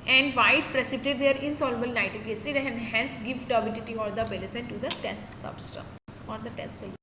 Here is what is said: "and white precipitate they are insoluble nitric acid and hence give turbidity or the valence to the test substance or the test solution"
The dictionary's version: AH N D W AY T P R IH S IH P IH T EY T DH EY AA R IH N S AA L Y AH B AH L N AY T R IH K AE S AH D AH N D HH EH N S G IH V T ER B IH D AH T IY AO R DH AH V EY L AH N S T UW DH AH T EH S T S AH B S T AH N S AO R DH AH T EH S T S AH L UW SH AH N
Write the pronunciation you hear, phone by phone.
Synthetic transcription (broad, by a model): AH N D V AY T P R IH S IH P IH T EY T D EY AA R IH N S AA L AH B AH L N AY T IH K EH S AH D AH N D HH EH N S G IH V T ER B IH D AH T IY AO R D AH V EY L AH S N T UW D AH T EH S T S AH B S T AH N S AO R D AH T EH S T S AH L